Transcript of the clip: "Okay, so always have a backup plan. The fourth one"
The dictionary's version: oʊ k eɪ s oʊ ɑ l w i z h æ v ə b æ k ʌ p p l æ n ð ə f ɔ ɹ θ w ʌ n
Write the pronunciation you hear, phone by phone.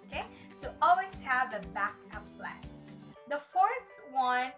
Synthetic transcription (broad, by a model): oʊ k eɪ s oʊ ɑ l w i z h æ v ə b æ k ʌ p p l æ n ð ə f ɔ ɹ θ w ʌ n